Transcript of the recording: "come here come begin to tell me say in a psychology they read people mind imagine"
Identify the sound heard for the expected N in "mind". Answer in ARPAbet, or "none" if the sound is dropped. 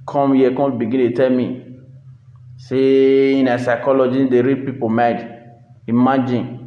none